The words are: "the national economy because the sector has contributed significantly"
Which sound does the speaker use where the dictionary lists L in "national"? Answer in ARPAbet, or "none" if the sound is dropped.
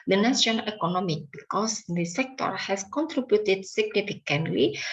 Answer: N